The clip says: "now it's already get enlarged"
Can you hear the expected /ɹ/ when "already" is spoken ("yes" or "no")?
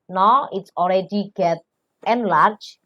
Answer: no